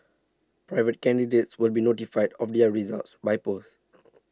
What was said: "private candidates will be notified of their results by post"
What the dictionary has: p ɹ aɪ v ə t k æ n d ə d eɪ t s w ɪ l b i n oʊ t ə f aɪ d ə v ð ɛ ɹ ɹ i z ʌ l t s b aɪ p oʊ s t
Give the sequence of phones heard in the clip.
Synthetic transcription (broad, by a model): p ɹ aɪ v ə t k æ n d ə d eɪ t s w ɪ l b i n oʊ t ə f aɪ d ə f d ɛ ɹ ɹ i z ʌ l t s b aɪ p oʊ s